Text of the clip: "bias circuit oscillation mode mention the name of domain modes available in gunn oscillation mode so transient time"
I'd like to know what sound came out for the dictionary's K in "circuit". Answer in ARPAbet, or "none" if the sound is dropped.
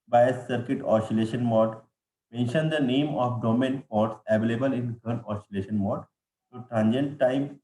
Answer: K